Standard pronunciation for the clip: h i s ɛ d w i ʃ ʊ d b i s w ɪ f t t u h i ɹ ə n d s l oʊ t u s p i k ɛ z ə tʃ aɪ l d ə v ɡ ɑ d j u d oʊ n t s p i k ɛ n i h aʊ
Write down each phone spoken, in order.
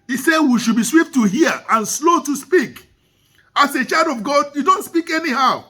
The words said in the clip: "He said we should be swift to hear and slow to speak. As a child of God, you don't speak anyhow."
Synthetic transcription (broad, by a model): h i s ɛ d w i ʃ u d b i s w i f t t u h i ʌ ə n s l oʊ t u s p i k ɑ s ə tʃ aɪ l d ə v ɡ ɑ d j u d oʊ n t s p i k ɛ n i h aʊ